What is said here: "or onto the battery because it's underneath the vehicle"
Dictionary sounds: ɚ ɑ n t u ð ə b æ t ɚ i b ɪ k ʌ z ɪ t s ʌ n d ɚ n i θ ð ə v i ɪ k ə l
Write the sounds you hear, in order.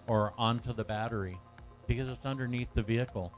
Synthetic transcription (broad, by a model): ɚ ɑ n t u ð ə b æ t ɚ i b ɪ k ʌ z ɪ t s ʌ n d ɚ n i θ ð ə v i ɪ k l